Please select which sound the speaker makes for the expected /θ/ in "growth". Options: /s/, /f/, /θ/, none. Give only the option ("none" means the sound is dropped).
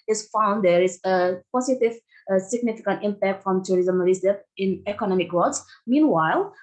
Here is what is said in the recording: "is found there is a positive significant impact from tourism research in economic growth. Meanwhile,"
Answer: /s/